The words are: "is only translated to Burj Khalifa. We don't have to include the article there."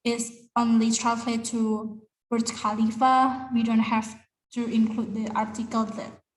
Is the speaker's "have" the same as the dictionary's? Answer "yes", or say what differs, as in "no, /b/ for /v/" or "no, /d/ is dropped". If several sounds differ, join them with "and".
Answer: no, /f/ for /v/